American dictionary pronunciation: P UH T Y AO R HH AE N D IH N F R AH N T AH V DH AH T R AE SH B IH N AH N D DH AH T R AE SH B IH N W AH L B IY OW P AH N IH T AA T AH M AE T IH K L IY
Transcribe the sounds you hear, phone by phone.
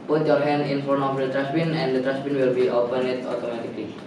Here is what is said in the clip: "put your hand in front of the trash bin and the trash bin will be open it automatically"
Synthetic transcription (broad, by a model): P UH T Y AO R HH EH N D IH N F AO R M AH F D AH T R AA S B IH N AH N D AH T R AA S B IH N W AH L B IY OW P AH N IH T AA T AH M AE T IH K L IY